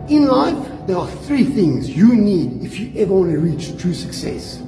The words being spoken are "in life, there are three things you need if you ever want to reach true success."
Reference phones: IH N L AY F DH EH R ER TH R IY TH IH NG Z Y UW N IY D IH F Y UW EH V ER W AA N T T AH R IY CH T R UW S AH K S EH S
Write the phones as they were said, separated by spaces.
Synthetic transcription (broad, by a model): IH N L AY F DH EH R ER TH R IY TH IH NG Z Y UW N IY D IH F Y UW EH V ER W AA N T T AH R IY CH T R UW S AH K S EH S